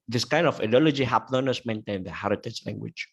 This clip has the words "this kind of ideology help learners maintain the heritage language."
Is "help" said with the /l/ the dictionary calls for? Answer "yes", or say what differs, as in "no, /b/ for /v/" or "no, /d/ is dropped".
no, /l/ is dropped